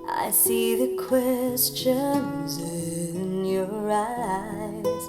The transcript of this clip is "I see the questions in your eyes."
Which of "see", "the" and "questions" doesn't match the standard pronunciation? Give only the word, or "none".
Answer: none